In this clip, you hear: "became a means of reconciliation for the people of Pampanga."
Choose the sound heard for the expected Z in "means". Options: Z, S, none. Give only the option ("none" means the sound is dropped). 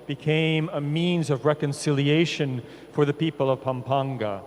Z